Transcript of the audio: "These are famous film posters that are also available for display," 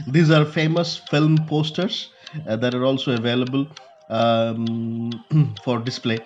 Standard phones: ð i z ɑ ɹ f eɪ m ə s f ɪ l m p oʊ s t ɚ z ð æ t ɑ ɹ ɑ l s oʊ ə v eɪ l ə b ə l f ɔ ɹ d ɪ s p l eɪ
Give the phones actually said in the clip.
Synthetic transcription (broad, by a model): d i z ɑ ɹ f eɪ m ə s f ɪ l m p oʊ s t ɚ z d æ t ɑ ɹ ɑ l s oʊ ə v eɪ l ə b ə l f ɔ ɹ d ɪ s p l eɪ